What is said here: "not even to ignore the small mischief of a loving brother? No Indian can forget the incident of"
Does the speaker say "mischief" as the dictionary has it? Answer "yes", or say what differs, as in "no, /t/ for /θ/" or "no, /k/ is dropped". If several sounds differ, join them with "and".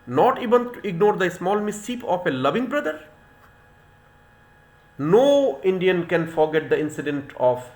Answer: no, /p/ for /f/